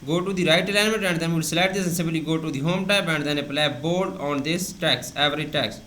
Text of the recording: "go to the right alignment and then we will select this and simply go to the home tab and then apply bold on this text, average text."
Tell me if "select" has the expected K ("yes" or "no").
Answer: no